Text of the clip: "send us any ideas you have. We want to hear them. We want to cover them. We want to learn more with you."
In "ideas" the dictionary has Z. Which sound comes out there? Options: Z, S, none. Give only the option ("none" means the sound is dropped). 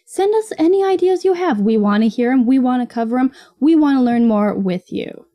Z